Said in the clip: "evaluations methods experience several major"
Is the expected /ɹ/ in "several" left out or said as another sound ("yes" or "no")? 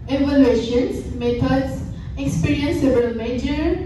yes